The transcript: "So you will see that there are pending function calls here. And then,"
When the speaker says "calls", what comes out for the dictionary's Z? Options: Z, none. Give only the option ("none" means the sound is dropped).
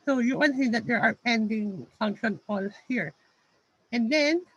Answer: none